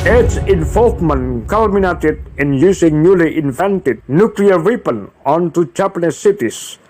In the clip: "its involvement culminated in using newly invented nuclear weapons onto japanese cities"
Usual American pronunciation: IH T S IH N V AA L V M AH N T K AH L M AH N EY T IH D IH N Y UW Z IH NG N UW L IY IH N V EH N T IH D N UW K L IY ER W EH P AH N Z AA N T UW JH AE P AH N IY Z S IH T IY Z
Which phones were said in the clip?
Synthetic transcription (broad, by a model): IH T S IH N F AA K M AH N K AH L M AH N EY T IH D IH N Y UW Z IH NG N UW L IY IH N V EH N T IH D N UW K L IY ER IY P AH N AA N T UW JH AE P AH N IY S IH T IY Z